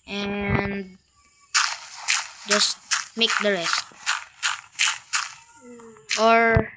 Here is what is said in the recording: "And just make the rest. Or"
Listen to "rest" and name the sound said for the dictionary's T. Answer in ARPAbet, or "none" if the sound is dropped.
T